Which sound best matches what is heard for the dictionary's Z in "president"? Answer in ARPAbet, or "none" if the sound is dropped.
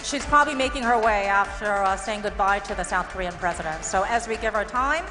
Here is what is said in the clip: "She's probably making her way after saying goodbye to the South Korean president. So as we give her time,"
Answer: Z